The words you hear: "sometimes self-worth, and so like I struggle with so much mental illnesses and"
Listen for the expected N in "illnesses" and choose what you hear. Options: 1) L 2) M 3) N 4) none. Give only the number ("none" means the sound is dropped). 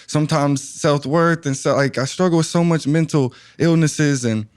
3